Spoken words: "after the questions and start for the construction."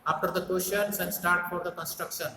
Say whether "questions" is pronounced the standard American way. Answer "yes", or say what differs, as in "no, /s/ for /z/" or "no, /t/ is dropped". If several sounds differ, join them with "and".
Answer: no, /ʃ/ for /tʃ/ and /s/ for /z/